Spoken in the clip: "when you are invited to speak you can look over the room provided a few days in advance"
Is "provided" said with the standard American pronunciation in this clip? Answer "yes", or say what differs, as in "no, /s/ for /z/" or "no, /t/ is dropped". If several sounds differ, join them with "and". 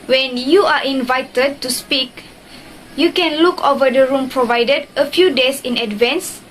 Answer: yes